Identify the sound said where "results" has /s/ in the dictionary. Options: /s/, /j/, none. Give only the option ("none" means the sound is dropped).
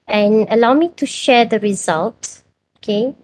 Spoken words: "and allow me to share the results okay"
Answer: none